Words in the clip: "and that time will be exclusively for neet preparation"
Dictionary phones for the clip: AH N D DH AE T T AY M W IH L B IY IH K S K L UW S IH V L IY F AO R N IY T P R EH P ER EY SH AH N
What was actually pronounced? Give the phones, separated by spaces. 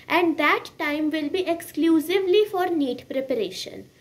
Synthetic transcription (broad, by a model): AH N D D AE T T AY M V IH L B IY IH K S K L UW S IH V L IY F AO R N IY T P R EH P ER EY SH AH N